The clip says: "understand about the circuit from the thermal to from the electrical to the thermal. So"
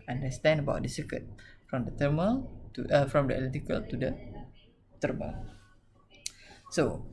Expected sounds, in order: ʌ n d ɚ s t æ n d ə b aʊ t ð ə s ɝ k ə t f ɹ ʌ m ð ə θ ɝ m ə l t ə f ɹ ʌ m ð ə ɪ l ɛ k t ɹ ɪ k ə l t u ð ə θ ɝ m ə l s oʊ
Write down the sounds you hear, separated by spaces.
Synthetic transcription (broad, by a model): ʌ n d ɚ s t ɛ n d ə b aʊ t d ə s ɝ k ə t f ɹ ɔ m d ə t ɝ m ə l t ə f ɹ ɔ m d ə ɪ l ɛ t ɪ k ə l t u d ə t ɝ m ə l s oʊ